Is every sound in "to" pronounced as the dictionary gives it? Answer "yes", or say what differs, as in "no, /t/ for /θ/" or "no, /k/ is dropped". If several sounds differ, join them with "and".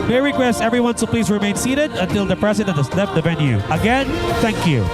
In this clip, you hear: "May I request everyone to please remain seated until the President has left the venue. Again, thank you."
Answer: no, /s/ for /t/